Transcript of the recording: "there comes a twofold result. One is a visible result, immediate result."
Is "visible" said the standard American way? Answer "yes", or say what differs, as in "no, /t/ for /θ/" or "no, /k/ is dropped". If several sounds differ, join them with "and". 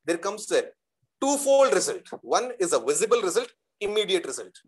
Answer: yes